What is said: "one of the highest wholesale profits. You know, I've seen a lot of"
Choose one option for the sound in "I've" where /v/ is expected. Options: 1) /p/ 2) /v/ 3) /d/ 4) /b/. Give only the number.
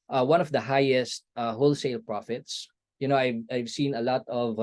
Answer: 2